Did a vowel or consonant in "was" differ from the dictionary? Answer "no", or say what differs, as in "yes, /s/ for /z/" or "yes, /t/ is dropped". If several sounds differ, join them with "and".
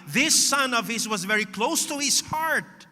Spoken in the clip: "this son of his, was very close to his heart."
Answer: no